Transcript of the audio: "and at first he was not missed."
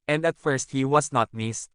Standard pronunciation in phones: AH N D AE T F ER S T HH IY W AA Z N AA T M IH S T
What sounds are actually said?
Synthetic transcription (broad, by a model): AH N D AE T F ER S T HH IY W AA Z N AA T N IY S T